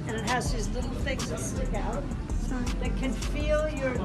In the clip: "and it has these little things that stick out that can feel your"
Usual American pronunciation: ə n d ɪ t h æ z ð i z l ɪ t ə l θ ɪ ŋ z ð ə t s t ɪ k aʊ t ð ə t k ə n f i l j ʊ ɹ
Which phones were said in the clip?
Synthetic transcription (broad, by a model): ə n ɪ t h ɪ z ð i z l ɪ t l θ ɪ ŋ z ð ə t s t ɪ k aʊ t ð ə t k ə n f i l j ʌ ɹ